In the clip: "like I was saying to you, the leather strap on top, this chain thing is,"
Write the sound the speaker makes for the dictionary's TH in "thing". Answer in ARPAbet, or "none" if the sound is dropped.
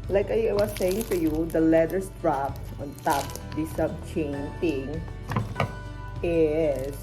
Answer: T